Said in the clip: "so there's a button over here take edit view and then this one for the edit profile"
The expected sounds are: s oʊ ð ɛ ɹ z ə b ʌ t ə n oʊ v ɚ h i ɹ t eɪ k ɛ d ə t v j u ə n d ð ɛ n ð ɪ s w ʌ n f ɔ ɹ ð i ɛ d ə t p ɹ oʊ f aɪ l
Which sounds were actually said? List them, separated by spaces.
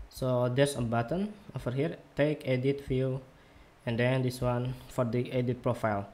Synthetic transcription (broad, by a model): s oʊ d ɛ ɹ s ə b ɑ t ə n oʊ f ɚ h i ɹ t eɪ k ɛ d ə t f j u ə n d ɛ n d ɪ s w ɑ n f ɔ ɹ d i ɛ d ə t p ɹ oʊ f aɪ l